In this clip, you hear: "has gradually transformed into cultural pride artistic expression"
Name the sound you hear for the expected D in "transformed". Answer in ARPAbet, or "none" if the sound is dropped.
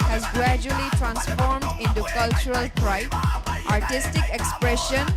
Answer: D